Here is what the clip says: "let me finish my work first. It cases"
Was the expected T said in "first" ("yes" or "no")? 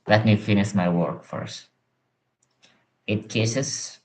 yes